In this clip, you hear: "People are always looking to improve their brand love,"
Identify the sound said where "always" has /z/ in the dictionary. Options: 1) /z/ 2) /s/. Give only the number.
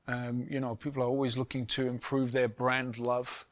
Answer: 1